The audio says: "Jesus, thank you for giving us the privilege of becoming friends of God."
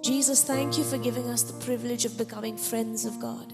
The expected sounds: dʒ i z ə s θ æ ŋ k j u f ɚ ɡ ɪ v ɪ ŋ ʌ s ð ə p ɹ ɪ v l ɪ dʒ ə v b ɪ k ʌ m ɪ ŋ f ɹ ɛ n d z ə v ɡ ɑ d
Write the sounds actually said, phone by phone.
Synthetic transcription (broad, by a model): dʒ i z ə s θ æ ŋ k j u f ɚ ɡ ɪ v ɪ ŋ ʌ s ð ə p ɹ ɪ v l ɪ dʒ ə v b ɪ k ʌ m ɪ ŋ f ɹ ɛ n d z ə v ɡ ɑ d